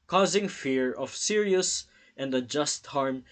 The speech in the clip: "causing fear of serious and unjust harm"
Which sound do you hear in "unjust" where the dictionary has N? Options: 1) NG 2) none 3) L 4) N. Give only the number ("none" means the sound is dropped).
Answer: 2